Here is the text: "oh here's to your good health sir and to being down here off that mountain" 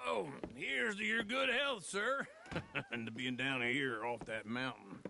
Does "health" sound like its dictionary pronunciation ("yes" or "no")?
yes